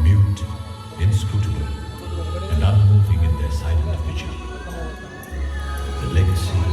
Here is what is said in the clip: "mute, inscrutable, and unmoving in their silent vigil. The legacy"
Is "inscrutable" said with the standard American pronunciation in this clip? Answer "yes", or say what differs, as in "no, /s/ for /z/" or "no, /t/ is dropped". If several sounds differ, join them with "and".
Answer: no, /b/ is dropped